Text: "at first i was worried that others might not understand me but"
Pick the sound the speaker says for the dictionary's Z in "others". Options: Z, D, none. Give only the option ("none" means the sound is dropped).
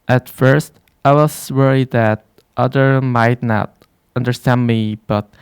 none